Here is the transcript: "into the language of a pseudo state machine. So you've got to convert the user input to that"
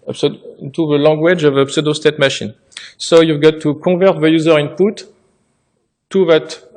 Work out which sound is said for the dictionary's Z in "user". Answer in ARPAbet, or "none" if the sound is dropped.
Z